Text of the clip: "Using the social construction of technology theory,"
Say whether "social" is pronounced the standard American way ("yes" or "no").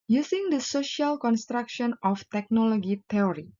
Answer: yes